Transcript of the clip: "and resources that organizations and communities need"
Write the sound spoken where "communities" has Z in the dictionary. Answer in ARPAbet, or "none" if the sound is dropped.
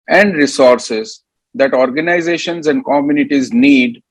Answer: Z